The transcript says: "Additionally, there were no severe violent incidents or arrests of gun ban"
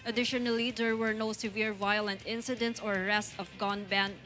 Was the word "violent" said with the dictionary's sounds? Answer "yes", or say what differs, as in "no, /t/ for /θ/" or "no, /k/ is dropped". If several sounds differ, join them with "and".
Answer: yes